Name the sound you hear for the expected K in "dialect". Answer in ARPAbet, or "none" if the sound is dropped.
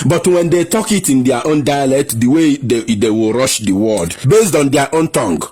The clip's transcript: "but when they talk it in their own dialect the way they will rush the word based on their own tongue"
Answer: K